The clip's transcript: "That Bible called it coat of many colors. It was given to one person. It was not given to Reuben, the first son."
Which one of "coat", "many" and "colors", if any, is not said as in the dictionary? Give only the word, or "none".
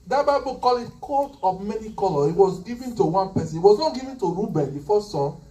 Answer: colors